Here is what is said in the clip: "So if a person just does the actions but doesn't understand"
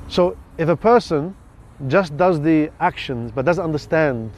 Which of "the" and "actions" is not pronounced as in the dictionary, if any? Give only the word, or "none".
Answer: none